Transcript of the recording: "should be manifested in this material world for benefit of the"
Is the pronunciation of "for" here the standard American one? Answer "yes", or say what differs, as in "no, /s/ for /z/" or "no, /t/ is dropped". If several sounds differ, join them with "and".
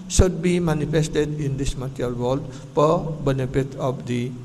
no, /p/ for /f/